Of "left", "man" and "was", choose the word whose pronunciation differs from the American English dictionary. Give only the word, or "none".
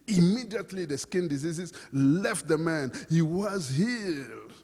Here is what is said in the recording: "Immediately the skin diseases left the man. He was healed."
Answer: none